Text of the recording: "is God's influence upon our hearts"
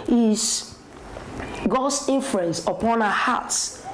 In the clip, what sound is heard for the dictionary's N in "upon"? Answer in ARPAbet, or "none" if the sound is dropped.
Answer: N